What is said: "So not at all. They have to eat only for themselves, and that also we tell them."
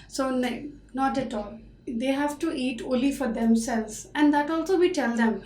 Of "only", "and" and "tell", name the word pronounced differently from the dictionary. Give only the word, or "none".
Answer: only